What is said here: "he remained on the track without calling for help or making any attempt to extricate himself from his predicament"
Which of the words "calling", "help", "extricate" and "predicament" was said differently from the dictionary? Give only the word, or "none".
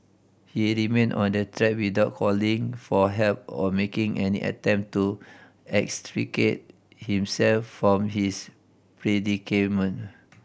predicament